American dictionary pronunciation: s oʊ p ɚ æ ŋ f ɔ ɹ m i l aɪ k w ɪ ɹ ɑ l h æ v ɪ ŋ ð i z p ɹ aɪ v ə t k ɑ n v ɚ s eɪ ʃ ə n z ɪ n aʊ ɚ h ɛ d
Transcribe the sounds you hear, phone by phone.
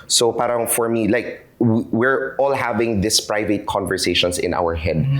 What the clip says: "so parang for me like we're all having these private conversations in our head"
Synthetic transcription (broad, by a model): s oʊ p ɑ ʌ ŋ f ɔ ɹ m i l aɪ k w ɪ ɹ ɑ l h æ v ɪ ŋ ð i s p ɹ aɪ v ə t k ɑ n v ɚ s eɪ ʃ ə n s ɪ n aʊ ɚ h ɛ d